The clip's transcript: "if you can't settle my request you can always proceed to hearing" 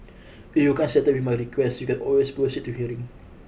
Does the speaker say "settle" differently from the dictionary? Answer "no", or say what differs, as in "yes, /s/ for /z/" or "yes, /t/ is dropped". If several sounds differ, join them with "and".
yes, /w/ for /l/